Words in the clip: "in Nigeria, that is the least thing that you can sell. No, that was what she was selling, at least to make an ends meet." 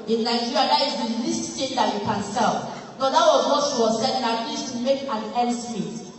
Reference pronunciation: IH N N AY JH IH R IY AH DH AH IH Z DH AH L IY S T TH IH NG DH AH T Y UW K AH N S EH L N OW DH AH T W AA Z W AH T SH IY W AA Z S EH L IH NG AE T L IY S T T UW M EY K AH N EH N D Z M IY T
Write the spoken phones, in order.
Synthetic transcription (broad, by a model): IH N N AY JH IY R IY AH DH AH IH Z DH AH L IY S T T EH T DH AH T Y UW K AH N S EH L N OW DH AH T W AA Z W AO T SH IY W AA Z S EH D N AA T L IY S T T UW M EY K AH N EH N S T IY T